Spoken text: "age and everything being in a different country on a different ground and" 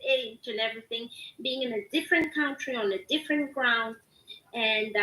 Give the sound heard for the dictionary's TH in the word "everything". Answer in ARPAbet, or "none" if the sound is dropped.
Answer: TH